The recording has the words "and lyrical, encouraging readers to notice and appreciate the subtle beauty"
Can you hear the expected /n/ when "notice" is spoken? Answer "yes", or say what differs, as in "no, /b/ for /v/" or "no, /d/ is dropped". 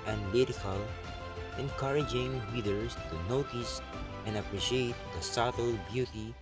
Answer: yes